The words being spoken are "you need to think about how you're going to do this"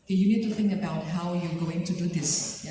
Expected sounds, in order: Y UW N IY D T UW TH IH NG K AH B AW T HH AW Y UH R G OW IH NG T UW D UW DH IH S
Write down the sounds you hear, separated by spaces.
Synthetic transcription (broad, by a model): Y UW N IY D T UW TH IH NG K AH B AW T HH AW Y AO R G OW IH NG T UW D UW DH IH S